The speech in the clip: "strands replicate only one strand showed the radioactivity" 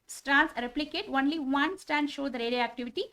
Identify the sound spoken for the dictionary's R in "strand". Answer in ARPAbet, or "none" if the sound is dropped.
none